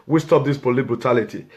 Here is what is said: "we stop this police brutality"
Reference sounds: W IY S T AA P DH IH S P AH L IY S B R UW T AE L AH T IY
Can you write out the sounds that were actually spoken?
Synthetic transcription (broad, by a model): W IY S T AA P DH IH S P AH L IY B R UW T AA L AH T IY